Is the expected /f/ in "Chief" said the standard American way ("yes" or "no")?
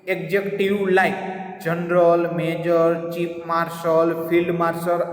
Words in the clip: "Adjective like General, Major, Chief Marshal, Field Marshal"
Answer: no